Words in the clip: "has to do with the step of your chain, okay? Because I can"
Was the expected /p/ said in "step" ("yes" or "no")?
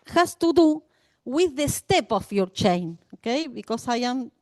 yes